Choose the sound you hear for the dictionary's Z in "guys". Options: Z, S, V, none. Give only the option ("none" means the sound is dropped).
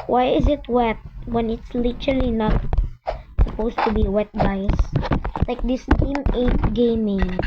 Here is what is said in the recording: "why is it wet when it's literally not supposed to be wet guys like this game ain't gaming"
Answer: S